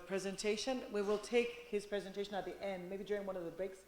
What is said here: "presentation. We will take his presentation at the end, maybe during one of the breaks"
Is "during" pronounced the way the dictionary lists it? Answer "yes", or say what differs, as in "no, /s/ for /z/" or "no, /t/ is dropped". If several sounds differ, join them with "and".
yes